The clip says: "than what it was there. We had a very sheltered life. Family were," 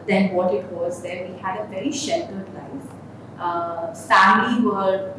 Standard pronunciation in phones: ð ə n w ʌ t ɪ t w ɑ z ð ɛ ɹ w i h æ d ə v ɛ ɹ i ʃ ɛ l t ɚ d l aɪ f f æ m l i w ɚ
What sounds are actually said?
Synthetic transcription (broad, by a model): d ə n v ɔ t ɪ t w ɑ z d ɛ ɹ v i h æ d ə v ɛ ɹ i ʃ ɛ l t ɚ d l aɪ f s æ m i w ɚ